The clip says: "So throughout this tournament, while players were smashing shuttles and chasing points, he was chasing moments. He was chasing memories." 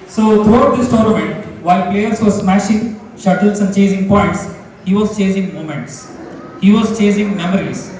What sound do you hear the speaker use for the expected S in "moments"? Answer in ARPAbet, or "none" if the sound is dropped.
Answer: S